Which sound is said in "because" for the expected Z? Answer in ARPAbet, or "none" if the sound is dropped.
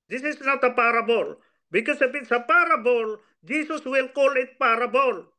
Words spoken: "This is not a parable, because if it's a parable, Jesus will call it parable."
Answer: S